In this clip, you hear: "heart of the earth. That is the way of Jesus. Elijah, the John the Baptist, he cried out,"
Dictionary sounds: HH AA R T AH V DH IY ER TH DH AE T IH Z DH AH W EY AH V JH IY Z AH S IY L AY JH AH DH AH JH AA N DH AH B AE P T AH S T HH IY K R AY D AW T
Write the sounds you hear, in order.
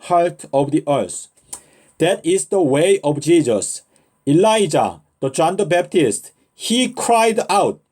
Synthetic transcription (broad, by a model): HH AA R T AH V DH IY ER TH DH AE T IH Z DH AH W EY AH V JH IY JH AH S IY L AY JH AH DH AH JH AA N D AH B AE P T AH S T HH IY K R AY D AW T